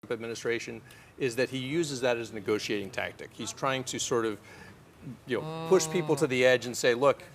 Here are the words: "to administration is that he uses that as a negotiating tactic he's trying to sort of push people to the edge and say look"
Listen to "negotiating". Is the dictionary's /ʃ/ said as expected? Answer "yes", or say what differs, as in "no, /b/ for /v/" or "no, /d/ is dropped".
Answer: yes